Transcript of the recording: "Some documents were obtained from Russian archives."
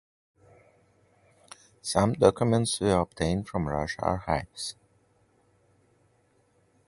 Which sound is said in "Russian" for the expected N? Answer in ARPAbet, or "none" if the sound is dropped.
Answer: none